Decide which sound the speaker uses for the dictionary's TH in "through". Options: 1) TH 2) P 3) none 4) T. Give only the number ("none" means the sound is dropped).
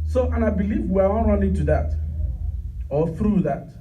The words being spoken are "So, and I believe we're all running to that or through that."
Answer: 1